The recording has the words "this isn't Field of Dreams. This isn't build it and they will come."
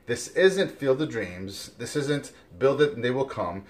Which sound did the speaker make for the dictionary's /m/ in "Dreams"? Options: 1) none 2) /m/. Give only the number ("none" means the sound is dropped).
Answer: 2